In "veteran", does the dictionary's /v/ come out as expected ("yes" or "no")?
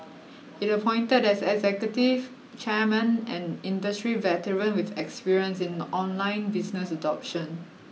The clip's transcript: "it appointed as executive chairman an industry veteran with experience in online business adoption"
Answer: yes